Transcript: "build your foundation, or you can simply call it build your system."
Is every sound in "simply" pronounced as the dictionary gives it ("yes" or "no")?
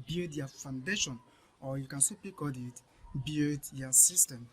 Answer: no